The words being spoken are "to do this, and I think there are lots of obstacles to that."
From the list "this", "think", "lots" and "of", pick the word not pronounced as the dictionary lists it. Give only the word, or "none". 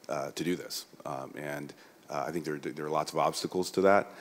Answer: none